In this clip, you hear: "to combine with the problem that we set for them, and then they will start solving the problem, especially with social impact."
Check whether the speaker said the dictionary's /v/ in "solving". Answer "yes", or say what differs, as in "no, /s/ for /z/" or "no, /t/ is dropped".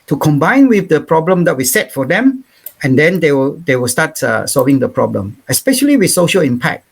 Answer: yes